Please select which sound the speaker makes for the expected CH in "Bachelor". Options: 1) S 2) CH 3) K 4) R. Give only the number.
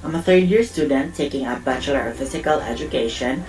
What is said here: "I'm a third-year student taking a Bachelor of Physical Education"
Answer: 2